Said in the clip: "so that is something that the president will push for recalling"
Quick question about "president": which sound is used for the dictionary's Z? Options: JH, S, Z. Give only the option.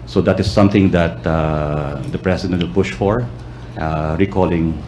S